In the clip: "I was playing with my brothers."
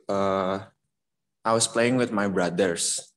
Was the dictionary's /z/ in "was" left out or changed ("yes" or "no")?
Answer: yes